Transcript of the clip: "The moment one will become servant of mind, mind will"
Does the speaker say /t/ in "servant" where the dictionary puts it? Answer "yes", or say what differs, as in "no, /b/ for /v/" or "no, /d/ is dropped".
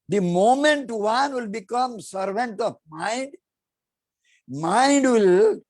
yes